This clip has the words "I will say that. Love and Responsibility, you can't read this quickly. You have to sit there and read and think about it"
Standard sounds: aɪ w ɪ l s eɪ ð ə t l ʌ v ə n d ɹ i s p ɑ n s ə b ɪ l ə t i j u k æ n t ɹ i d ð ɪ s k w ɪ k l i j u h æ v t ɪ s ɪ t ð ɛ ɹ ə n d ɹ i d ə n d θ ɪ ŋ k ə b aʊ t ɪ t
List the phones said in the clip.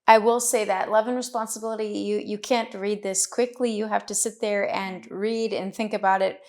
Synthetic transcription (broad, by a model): aɪ w ɪ l s eɪ ð ə t l ʌ v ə n ɹ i s p ɑ n s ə b ɪ l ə t i j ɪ k æ n t ɹ i d ð ɪ s k w ɪ k l i j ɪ h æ f t ɪ s ɪ t ð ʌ ɹ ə n ɹ i d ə n θ ɪ ŋ k ə b aʊ t ɪ t